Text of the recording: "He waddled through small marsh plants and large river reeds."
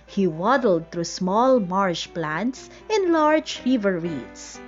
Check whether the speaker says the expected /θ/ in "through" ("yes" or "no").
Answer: no